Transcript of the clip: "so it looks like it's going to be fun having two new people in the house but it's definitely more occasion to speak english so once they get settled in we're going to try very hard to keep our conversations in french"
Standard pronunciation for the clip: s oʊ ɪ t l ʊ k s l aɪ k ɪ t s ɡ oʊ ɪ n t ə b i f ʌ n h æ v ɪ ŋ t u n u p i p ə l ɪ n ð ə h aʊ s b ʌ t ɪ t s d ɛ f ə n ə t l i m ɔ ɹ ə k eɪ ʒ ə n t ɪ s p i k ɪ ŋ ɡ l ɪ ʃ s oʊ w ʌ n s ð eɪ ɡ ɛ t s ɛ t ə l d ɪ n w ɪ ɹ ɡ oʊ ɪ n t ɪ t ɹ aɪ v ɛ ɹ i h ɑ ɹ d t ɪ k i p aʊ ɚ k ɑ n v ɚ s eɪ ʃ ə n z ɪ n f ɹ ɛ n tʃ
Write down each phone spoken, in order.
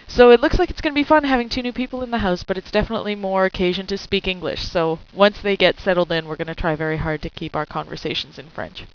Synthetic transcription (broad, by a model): s oʊ ɪ t l ʊ k s l aɪ k ɪ t s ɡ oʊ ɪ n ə b i f ʌ n h æ v ɪ ŋ t u n u p i p l ɪ n ð ə h aʊ s b ʌ t ɪ t s d ɛ f ə n ə t l i m ɔ ɹ ə k eɪ ʒ ə n t ɪ s p i k ɪ ŋ ɡ l ɪ ʃ s oʊ w ʌ n s ð eɪ ɡ ɛ t s ɛ t l d ɪ n w ɪ ɹ ɡ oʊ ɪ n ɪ t ɹ aɪ v ɛ ɹ i h ɑ ɹ d t ɪ k i p aʊ ɚ k ɑ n v ɚ s eɪ ʃ n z ɪ n f ɹ ɛ n tʃ